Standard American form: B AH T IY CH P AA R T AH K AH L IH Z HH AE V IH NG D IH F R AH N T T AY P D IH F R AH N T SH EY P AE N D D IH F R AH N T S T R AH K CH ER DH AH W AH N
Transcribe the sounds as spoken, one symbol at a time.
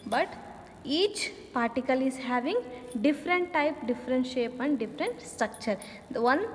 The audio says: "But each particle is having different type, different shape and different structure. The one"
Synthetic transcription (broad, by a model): B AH T IY CH P AA R T AH K AH L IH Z HH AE V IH NG D IH F R AH N T T AY P D IH F R AH N T SH EY P AE N D D IH F R AH N T S T R AH K CH ER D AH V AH N